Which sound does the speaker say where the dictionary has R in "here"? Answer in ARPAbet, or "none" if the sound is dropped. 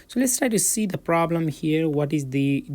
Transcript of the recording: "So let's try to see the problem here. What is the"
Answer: R